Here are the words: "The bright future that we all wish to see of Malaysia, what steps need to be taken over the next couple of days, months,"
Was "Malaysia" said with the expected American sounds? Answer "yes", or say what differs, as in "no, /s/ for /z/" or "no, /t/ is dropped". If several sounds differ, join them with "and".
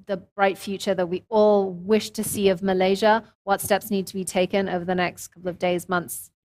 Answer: yes